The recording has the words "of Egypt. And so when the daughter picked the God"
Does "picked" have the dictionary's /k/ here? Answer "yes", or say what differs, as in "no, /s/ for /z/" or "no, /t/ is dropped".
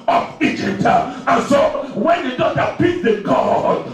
no, /k/ is dropped